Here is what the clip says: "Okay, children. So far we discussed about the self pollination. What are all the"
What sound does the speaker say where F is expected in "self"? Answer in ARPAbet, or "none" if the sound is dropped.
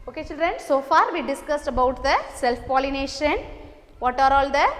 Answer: F